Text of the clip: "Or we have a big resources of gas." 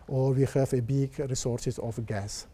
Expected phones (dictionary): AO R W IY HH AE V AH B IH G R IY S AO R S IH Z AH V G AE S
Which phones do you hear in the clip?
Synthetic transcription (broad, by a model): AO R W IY HH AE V AH B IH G R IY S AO R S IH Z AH F G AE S